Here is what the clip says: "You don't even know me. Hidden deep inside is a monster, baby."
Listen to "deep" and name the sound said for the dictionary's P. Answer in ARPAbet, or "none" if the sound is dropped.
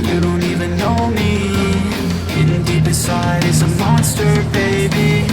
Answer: B